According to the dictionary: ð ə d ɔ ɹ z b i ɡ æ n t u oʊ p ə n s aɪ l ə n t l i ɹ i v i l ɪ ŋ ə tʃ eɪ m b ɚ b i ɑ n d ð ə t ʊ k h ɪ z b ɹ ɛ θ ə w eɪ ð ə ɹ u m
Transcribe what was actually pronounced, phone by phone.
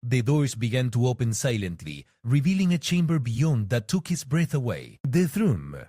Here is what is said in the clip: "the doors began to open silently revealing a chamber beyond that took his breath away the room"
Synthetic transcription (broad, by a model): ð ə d ɔ ɹ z b i ɡ æ n t u oʊ p ə n s aɪ l ə n t l i ɹ i v i l ɪ ŋ ə tʃ eɪ m b ɚ b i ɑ n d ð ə t ʊ k h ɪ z b ɹ ɛ θ ə w eɪ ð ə ɹ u m